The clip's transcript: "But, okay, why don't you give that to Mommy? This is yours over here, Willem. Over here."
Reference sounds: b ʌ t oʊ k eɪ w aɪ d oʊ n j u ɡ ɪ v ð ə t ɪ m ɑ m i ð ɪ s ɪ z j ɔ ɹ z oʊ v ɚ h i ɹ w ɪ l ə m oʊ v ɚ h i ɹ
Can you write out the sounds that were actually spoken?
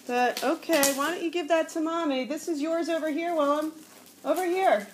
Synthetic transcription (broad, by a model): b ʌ t oʊ k eɪ w aɪ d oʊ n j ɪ ɡ ɪ v ð ə t ɪ m ɑ m i ð ɪ s ɪ z j ɔ ɹ z oʊ v ɚ h i ɹ w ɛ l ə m oʊ v ɚ h i ɹ